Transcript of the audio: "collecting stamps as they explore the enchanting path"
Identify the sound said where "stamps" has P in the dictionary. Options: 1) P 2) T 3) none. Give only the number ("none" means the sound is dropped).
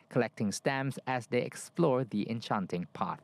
3